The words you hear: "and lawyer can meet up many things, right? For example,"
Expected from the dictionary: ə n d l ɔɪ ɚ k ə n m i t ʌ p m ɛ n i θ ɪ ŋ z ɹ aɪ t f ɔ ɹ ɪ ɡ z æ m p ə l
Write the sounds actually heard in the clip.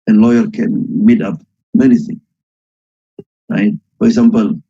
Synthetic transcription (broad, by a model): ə n l ɔɪ ɚ k ə n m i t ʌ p m ɛ n i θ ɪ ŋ ɹ aɪ t f ɔ ɹ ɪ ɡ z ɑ m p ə l